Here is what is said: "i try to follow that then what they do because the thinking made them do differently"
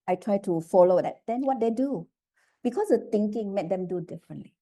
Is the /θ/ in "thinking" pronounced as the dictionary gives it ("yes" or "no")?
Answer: no